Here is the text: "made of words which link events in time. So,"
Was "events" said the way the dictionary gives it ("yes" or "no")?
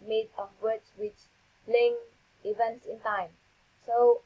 yes